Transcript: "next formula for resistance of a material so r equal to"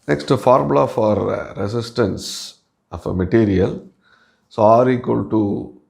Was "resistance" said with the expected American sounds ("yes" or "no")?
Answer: no